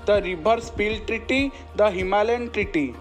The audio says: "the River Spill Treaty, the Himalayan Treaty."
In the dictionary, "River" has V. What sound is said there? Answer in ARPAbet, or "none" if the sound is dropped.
B